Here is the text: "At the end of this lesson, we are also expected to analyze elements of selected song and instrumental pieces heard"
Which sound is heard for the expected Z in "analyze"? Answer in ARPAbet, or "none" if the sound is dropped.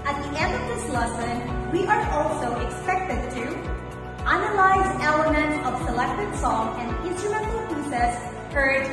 Z